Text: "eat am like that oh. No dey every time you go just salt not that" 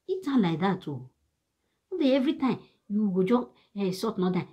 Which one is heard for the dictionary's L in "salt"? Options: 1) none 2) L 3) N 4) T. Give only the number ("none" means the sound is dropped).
1